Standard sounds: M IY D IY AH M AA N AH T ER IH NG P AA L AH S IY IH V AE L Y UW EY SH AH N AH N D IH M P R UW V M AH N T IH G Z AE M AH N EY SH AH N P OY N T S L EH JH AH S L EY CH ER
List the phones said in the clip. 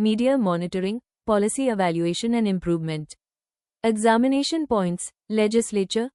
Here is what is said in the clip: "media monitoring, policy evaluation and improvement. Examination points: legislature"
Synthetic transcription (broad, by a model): M IY D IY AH M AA N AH T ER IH NG P AA L AH S IY IH V AE L Y UW EY SH AH N AH N D IH M P R UW V M AH N T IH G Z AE M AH N EY SH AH N P OY N T S L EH JH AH S L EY CH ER